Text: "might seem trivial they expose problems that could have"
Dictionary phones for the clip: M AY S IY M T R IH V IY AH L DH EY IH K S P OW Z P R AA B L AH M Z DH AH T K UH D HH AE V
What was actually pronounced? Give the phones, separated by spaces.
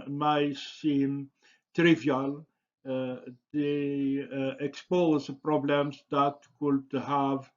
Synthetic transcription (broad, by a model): M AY S IY M T R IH V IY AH L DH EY IH K S P OW Z P R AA B L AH M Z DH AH T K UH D HH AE V